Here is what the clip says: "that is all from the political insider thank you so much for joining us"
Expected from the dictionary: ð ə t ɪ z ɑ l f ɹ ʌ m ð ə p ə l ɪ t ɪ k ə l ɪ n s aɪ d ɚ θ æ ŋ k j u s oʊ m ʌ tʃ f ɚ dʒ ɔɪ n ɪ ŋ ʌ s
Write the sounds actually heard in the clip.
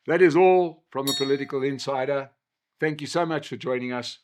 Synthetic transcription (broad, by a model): ð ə t ɪ z ɑ l f ɹ ʌ m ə p ə l ɪ t ɪ k ə l ɪ n s aɪ d ɚ θ æ ŋ k j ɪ s oʊ m ʌ tʃ f ɚ dʒ ɔɪ n ɪ ŋ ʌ s